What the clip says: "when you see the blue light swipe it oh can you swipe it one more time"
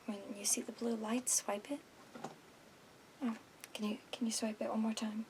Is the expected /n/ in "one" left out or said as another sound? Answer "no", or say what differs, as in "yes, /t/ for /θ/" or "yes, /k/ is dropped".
yes, /l/ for /n/